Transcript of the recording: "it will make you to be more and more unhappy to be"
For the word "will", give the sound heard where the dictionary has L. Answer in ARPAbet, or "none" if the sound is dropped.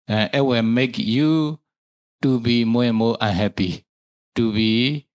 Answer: W